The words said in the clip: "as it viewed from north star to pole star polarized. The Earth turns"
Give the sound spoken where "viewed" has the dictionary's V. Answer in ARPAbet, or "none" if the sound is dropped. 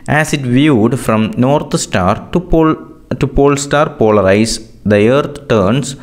V